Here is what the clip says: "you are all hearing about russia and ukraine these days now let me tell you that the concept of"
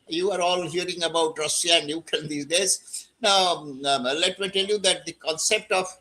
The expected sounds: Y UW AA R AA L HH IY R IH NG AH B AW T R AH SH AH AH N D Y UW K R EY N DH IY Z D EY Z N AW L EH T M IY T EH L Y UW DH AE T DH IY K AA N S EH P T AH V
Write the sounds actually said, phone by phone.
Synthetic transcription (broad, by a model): Y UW AA R AA L HH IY R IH NG AH B AW T R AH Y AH AH N D Y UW K EY N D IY D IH S N AW L EH T M IY T EH L Y UW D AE T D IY K AA N S EH P T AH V